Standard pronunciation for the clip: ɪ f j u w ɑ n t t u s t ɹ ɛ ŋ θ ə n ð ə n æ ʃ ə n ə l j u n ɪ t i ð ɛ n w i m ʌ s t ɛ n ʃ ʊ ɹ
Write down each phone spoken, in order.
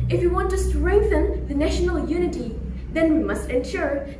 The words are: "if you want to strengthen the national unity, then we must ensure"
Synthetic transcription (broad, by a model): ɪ f j u w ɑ n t t u s t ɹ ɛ ŋ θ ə n ð ə n æ ʃ ə n ə l j u n ɪ t i ð ɛ n w i m ʌ s t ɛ n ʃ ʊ ɹ